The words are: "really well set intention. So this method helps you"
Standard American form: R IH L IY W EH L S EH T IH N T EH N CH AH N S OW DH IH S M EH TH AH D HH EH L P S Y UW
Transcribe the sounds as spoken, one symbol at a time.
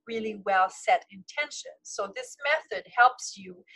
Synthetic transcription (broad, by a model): R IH L IY W EH L S EH T IH N T EH N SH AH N S OW DH IH S M EH TH AH D HH EH L P S Y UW